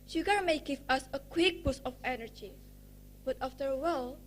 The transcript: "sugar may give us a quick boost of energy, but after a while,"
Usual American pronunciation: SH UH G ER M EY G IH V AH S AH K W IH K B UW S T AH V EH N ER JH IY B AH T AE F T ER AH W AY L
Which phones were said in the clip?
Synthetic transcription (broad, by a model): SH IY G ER M EY G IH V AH S AH K W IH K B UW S AH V EH N ER JH IY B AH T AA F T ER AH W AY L